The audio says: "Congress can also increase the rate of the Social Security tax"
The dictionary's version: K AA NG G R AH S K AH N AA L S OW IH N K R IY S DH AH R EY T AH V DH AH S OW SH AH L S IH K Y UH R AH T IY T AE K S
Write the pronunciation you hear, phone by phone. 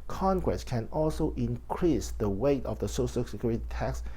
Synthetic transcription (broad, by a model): K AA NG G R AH S K AH N AA L S OW IH N K R IY S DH AH W EY T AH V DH AH S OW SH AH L S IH K Y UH R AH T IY T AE K S